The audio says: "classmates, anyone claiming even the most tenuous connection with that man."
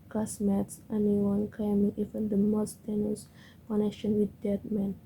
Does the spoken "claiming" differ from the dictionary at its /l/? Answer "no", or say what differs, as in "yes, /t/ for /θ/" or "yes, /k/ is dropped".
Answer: yes, /l/ is dropped